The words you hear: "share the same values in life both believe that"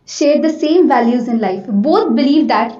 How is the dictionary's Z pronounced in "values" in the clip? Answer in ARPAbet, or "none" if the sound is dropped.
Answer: Z